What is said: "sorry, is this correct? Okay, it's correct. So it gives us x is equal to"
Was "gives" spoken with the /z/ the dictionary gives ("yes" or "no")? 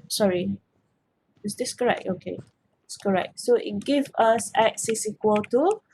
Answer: no